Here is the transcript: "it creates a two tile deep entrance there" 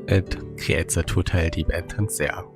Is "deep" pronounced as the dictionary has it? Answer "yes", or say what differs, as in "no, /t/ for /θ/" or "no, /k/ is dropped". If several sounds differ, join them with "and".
no, /b/ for /p/